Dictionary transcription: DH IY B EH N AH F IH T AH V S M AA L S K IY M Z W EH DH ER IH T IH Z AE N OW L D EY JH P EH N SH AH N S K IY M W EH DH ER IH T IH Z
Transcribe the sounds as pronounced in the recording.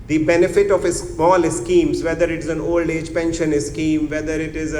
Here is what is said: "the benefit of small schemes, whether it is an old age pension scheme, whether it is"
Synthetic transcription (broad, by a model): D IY B EH N AH F IH T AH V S M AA L S K IY M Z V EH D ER IH T IH Z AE N OW L D EY JH P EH N SH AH N S K IY M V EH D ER IH T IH Z